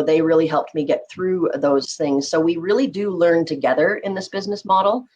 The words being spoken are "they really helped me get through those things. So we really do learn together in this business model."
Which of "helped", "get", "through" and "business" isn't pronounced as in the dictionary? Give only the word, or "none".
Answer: none